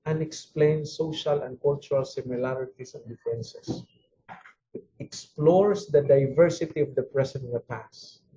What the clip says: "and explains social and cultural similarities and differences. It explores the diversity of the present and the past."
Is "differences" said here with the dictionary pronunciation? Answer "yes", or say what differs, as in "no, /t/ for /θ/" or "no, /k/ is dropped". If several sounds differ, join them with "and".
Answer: no, /ɹ/ is dropped and /s/ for /z/